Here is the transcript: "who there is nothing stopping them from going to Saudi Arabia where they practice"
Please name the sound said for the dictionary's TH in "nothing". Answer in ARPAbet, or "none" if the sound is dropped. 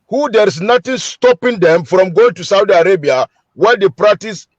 T